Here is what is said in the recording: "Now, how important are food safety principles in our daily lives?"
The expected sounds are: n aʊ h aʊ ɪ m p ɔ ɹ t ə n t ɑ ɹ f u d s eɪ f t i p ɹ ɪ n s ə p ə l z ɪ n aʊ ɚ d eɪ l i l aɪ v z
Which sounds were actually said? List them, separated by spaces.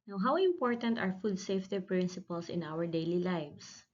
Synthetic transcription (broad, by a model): n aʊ h aʊ ɪ m p ɔ ɹ t ə n t ɑ ɹ f u d s eɪ f t i p ɹ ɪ n s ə p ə l s ɪ n aʊ ɚ d eɪ l i l aɪ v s